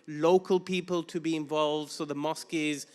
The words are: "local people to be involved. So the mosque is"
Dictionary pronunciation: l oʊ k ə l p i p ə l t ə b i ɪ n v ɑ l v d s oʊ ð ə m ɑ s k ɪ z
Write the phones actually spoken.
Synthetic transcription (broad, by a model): l oʊ k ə l p i p ə l t ə b i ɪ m v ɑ l v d s oʊ ð ə m ɑ s k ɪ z